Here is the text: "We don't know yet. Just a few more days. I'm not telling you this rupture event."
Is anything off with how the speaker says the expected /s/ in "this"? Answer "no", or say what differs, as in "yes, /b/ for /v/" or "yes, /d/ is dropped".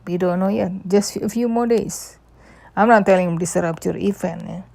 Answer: yes, /s/ is dropped